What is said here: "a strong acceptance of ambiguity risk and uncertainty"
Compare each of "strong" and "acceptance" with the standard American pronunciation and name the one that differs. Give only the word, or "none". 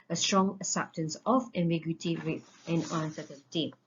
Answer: acceptance